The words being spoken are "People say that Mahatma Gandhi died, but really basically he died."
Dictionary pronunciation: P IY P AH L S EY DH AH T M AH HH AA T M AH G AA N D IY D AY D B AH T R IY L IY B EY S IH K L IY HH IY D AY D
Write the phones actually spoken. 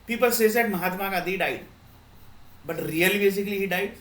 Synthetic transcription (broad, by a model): P IY P AH L S EY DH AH T M AH HH AA T M AH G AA D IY D AY D B AH T R IY L IY B EY S IH K L IY HH IY D AY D